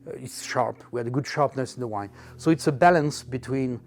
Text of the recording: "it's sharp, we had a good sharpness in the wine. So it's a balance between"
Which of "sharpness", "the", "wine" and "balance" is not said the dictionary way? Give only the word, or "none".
none